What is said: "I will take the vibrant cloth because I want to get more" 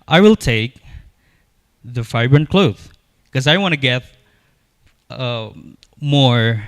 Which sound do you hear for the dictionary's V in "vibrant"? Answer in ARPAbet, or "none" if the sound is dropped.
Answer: F